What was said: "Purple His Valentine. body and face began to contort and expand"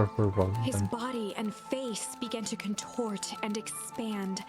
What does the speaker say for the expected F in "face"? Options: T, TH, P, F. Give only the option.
F